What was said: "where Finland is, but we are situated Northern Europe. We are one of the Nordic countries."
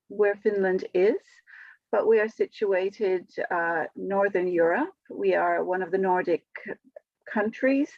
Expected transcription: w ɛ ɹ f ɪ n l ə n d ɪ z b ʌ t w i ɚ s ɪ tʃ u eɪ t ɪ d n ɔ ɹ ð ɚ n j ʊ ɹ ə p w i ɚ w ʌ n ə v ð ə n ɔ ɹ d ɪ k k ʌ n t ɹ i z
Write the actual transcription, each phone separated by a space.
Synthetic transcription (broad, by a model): w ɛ ɹ f ɪ n l ə n d ɪ z b ʌ t w i ɚ s ɪ tʃ u eɪ t ɪ d n ɔ ɹ ð ɚ n j ʊ ɹ ə p w i ɚ w ʌ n ə v ð ə n ɔ ɹ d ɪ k k ʌ n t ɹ i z